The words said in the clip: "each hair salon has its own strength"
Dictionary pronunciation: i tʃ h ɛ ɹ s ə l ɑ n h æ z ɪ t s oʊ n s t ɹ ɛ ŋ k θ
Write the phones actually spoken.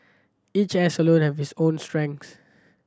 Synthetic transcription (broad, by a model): i tʃ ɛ s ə l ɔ n h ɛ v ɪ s oʊ n s t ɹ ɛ ŋ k s